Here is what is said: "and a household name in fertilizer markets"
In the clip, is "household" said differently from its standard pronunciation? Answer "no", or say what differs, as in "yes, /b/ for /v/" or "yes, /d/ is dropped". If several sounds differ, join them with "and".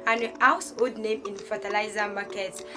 yes, /l/ is dropped